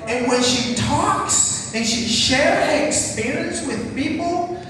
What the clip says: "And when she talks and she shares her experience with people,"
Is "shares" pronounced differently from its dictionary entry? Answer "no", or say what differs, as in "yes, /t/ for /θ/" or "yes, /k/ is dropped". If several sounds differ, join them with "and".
no